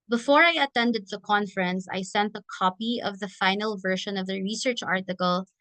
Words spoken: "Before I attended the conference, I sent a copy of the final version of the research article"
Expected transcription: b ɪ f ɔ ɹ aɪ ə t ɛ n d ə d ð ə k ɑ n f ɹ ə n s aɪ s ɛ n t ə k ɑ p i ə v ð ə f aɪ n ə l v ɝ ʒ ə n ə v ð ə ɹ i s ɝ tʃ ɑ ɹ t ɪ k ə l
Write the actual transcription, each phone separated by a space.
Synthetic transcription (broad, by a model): b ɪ f ɔ ɹ aɪ ə t ɛ n d ə d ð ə k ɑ n f ɹ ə n s aɪ s ɛ n t ə k ɑ p i ə v ð ə f aɪ n ə l v ɝ ʃ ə n ə v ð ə ɹ i s ɝ tʃ ɑ ɹ t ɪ k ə l